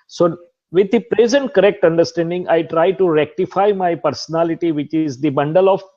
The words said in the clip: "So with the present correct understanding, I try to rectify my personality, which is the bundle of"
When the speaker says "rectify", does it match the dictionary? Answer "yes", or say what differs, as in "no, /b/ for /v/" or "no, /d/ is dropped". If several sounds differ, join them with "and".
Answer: yes